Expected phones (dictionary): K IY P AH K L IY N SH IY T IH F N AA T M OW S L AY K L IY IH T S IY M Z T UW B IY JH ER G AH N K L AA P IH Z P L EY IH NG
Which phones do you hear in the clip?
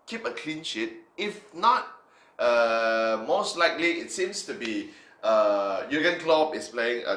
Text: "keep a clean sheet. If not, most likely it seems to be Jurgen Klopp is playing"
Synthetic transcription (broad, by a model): K IY P AH K L IY N SH IY T IH F N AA T M OW S L AY K L IY IH T S IY M S T UW B IY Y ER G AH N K L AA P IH S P L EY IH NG